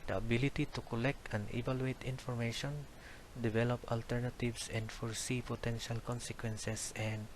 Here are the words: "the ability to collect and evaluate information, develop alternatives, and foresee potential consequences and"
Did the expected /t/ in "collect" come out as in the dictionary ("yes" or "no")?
yes